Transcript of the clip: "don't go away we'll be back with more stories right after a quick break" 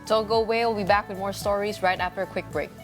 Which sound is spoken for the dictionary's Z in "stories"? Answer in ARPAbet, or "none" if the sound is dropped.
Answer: Z